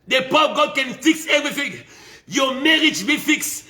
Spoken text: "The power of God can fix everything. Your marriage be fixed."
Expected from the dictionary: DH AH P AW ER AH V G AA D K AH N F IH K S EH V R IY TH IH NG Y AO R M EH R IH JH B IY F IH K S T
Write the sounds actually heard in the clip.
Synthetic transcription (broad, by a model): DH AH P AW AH P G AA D K AH N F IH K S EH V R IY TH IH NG Y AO M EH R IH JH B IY F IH K S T